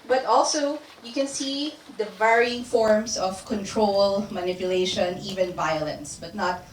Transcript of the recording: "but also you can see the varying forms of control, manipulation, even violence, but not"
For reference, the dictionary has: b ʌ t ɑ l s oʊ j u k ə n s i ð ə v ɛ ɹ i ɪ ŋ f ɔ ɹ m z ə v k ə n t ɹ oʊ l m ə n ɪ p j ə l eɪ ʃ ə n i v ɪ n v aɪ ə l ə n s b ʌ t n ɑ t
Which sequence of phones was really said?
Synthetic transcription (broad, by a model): b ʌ t ɑ l s oʊ j u k ə n s i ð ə v ɛ ɹ i ɪ ŋ f ɔ ɹ m s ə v k ə n t ɹ oʊ l m ə n ɪ p j ə l eɪ ʃ ə n i v ɪ n v aɪ ə l ə n s b ʌ t n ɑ t